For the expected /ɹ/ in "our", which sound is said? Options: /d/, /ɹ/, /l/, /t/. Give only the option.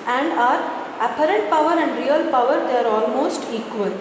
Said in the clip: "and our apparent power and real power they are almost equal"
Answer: /ɹ/